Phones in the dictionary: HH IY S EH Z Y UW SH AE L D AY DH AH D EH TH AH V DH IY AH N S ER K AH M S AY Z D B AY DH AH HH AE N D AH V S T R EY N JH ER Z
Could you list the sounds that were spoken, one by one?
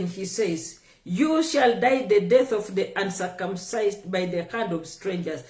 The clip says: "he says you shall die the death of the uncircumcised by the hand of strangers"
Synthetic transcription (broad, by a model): HH IY S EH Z Y UW SH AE L D AY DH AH D EH TH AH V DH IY AH N S ER K AH M S AY Z D B AY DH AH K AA N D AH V S T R EY N JH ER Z